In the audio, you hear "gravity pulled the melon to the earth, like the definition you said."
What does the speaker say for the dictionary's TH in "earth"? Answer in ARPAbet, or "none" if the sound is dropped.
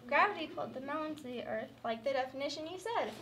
TH